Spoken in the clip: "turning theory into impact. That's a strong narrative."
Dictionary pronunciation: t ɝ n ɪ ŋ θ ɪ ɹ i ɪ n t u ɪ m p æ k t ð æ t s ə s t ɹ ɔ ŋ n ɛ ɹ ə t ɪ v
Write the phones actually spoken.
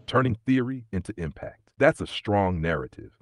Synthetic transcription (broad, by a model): t ɝ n ɪ ŋ θ ɪ ɹ i ɪ n t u ɪ m p æ k t ð æ t s ə s t ɹ ɔ ŋ n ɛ ɹ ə t ɪ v